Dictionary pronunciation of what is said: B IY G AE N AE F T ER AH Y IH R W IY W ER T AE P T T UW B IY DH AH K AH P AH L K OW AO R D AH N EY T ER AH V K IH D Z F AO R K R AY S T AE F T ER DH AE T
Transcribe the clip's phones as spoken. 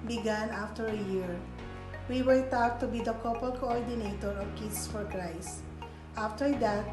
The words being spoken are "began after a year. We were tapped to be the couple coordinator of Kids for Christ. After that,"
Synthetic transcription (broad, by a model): B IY G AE N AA F T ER AH Y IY R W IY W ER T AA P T T UW B IY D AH K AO P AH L K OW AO R D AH N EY T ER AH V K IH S F AO R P R AY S AA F T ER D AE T